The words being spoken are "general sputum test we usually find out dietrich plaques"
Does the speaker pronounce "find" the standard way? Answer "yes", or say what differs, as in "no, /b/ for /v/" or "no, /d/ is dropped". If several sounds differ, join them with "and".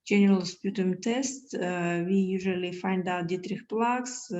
yes